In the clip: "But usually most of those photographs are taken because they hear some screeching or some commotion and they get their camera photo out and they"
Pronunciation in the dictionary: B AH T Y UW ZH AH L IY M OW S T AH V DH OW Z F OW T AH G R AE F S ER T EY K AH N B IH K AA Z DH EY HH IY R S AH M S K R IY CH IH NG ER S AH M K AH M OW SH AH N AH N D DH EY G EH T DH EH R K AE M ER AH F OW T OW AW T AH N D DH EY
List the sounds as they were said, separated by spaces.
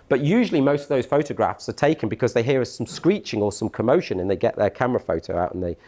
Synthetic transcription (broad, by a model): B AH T Y UW ZH AH L IY M OW S T AH V DH OW Z F OW T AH G R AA F S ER T EY K AH N B IH K AA Z DH EY HH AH R S AH M S K R IY CH IH NG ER S AH M K AH M OW SH AH N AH N DH EY G EH T DH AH K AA M ER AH F OW T OW AW T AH N DH EY